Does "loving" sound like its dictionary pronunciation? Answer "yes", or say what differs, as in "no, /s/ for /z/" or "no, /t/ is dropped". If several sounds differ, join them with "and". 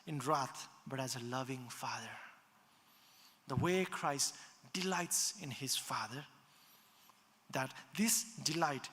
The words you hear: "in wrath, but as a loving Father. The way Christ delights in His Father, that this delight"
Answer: yes